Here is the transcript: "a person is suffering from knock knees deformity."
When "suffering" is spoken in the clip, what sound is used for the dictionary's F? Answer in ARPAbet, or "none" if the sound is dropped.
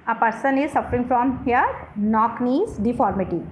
F